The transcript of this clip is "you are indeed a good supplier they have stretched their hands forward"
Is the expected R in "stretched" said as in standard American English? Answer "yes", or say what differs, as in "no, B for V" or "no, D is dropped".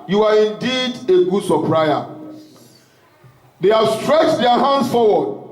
yes